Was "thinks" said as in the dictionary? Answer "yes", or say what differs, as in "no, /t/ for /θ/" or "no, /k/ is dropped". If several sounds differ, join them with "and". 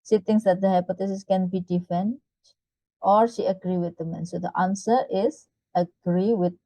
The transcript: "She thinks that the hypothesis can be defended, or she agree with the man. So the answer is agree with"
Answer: no, /t/ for /θ/